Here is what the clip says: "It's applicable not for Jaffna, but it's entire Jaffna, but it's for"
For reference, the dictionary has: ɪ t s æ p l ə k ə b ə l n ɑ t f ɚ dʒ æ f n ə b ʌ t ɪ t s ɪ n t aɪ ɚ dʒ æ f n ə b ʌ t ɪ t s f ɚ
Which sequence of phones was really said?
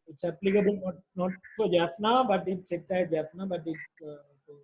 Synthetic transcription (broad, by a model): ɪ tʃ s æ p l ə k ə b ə n n ɑ t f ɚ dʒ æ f n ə b ʌ t ɪ t s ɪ t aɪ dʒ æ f n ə b ʌ t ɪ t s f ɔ